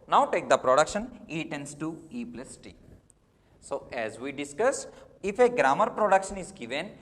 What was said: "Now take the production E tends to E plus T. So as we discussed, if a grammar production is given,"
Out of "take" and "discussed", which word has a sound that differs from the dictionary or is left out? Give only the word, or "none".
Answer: discussed